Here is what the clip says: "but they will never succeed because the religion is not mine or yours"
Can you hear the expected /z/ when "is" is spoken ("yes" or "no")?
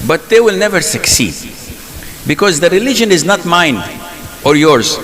yes